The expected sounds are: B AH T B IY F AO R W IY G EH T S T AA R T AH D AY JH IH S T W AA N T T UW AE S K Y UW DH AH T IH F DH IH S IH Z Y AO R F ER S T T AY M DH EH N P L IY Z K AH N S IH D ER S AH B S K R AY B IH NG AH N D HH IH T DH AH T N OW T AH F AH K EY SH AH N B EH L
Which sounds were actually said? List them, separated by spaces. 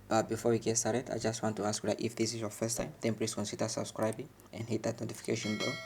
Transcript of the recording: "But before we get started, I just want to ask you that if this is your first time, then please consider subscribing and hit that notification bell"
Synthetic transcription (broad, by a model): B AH T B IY F AO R W IY G EH T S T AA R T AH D AY JH IH S T W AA N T T UW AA S K Y UW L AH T IH F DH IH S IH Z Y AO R F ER S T T AY M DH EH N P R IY S K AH N S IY D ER S AH B S K R AY B IH NG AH N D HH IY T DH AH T N OW T AH F AH K EY SH AH N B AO